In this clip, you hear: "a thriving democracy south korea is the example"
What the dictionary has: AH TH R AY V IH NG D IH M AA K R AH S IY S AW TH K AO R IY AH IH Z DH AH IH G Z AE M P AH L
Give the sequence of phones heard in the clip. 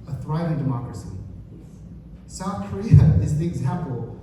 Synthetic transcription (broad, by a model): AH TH R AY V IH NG D IH M AA K R AH S IY S AW TH K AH R IY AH IH Z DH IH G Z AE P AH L